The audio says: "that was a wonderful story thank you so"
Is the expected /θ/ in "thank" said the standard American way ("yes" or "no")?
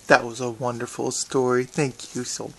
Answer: yes